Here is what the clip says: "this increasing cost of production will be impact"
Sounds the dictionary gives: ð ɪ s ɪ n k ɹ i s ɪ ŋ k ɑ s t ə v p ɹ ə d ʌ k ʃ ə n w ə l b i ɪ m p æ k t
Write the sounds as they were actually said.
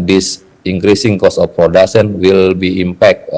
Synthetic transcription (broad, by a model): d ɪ s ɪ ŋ k ɹ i s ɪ ŋ k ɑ s ə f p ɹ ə d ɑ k s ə n w ə l b i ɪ m p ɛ k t